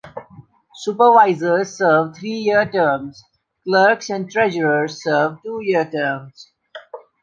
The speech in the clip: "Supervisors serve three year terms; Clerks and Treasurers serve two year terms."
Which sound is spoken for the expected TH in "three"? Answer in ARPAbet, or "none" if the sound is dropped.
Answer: T